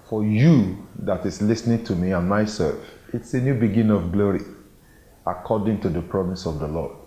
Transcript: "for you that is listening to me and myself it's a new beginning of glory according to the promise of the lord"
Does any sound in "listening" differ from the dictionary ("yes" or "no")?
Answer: no